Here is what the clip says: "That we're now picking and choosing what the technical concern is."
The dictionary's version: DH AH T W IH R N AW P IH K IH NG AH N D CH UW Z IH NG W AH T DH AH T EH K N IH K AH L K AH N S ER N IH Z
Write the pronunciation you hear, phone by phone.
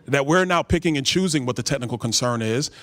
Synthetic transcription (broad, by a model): DH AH T W IH R N AW P IH K IH NG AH N CH UW Z IH NG W AH T DH AH T EH K N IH K L K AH N S ER N IH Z